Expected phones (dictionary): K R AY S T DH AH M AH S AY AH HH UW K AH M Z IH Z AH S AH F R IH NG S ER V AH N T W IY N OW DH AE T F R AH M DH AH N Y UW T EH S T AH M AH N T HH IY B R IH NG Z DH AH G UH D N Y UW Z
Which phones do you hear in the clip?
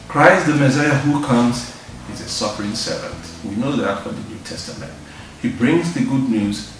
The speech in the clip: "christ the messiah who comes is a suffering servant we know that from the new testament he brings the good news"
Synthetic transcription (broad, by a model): K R AY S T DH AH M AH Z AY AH HH UW K AH M Z IH Z AH S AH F R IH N S ER V AH N T W IY N OW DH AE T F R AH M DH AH N Y UW T EH S T AH M AH N T HH IY B R IH NG Z DH AH G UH D N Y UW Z